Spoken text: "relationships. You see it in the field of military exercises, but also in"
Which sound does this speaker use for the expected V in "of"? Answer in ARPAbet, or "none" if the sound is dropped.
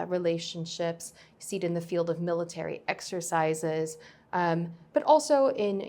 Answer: V